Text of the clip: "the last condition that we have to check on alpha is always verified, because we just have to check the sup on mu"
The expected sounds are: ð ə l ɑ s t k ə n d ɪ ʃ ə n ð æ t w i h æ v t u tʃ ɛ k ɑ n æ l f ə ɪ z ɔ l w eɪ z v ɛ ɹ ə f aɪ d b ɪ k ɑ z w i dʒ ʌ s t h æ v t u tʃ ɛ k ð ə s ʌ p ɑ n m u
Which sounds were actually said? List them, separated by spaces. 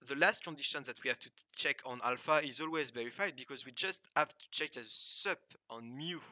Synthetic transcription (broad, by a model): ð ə l ɑ s t k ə n d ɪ ʃ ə n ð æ t w i h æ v t u tʃ ɛ k ɑ n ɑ l f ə ɪ z ɔ l w eɪ z v ɛ ɹ ə f aɪ d b ɪ k ɑ z w i dʒ ʌ s t h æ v t u tʃ ɛ k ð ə s ʌ p ɑ n m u